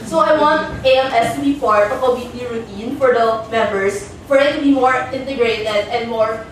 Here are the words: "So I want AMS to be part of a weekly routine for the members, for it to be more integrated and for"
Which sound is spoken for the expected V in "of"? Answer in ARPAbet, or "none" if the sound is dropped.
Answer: P